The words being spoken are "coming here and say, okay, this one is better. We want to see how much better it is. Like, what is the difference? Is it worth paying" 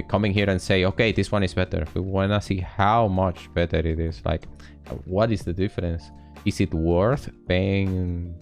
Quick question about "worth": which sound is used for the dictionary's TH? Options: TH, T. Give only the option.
TH